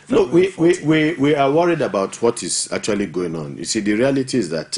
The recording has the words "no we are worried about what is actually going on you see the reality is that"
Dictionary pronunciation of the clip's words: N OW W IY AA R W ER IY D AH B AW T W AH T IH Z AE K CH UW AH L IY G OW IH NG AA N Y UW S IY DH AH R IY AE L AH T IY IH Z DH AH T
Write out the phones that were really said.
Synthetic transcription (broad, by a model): N OW W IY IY W W ER IY D AH B AW T W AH T IH Z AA K CH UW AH L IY G OW IH NG AA N Y UW S IY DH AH R IY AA L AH T IY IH Z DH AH T